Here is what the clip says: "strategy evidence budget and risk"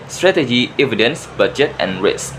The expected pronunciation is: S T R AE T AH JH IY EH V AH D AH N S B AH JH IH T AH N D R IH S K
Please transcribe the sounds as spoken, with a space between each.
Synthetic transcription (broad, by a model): S T R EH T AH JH IY EH V AH D AH N S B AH JH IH T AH N R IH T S